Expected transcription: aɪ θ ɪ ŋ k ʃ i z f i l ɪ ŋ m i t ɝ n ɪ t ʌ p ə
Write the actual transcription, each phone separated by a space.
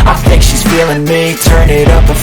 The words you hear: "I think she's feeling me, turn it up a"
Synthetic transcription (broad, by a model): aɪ θ ɪ ŋ k ʃ i z f i l ɪ ŋ m i t ɝ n ɪ t ʌ p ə